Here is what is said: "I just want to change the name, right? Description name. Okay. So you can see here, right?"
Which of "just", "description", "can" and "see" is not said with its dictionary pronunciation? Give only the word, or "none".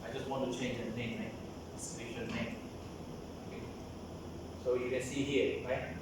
description